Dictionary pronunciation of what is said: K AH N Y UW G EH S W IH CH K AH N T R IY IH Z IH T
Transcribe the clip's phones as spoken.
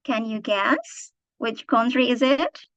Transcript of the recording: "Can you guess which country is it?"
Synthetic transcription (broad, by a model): K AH N Y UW G EH S W IH CH K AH N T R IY IH Z IH T